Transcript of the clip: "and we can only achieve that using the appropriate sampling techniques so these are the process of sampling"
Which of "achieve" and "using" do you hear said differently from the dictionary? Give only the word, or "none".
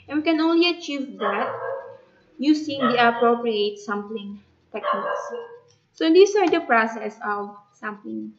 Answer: using